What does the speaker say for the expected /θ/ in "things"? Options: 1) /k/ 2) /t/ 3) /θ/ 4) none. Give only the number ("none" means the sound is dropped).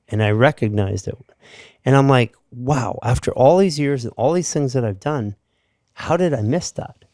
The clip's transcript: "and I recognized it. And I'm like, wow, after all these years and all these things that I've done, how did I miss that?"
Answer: 3